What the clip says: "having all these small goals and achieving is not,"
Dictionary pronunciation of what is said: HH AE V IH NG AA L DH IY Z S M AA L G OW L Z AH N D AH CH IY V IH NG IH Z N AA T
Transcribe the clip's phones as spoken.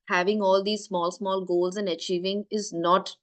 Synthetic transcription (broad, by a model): HH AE V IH NG AA L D IY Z S M AA L G OW L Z AH N D AH CH IY V IH NG IH Z N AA T